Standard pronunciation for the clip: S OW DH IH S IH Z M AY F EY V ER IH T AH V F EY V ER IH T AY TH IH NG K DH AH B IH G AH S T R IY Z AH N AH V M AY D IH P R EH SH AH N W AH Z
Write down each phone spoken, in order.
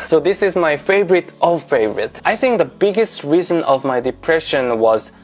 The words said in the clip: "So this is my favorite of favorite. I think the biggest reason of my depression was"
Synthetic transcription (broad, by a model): S OW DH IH S IH Z M AY F EY V ER IH T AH F EY V ER IH T AY TH IH NG K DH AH B IH G AH S T R IY Z AH N AH V M AY D IH P R EH SH AH N W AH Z